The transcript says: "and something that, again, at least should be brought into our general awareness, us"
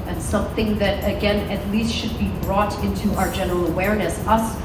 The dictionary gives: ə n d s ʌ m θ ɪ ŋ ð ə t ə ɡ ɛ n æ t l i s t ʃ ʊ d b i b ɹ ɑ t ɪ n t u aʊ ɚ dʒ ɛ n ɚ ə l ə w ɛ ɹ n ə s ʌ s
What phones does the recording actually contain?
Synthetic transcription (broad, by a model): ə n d s ʌ m θ ɪ ŋ ð ə t ə ɡ ɛ n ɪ t l i s t ʃ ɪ d b i b ɹ ɑ t ɪ n t u aʊ ɚ dʒ ɛ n ɚ l ə w ɛ ɹ n ə s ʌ s